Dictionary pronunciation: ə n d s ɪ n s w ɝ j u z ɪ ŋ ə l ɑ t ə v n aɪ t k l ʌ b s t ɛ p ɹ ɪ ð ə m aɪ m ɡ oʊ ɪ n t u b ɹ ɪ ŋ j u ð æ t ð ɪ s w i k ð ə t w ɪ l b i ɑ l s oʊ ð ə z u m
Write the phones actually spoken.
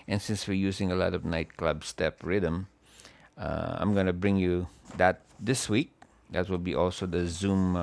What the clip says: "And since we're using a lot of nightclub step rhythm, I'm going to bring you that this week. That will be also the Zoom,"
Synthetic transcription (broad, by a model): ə n s ɪ n s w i j u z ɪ ŋ ə l ɑ t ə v n aɪ t k l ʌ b s t ɛ p ɹ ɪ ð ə m aɪ m ɡ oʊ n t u b ɹ ɪ ŋ j u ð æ t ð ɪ s w i k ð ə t w ɪ l b i ɑ l s oʊ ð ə z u m